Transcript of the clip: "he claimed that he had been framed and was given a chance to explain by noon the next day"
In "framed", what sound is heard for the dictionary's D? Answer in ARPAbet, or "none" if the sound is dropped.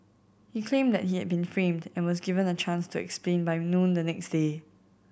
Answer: D